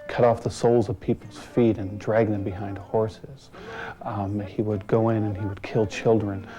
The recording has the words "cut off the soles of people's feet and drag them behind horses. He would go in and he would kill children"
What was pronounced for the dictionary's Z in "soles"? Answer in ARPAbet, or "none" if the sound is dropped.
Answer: Z